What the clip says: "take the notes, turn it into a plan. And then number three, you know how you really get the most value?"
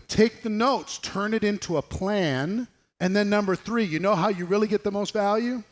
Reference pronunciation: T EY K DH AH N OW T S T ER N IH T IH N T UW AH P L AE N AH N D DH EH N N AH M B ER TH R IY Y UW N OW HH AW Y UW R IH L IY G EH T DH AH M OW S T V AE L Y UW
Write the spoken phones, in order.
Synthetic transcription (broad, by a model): T EY K DH AH N OW T S T ER N IH T IH N T UW AH P L AE N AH N DH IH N N AH M B ER TH R IY Y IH N OW HH AW Y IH R IH L IY G EH T DH AH M OW S T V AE L Y UW